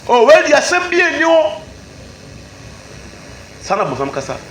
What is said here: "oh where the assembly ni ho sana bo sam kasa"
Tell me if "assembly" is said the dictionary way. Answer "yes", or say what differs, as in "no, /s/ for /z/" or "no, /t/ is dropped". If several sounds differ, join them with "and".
no, /l/ is dropped